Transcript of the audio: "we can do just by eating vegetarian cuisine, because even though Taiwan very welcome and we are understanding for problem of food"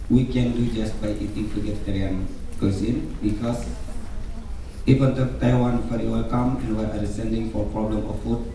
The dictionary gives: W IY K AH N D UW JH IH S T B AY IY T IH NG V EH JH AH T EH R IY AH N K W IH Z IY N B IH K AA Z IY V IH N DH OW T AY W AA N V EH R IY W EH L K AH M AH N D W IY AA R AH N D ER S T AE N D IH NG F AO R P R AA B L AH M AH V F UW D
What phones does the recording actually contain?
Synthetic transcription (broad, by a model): W IY K AH N D UW JH IH S T B AY IY T IH NG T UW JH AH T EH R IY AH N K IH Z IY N B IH K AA S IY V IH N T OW T AY W AA N F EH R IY W EH L K AH M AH N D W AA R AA D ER S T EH N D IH NG F AO R P R AA B L AH M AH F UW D